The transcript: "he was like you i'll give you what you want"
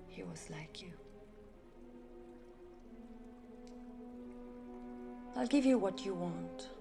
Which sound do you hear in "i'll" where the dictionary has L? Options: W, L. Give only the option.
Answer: L